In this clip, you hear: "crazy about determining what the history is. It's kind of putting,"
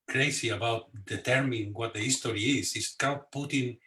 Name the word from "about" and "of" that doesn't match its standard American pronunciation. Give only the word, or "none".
of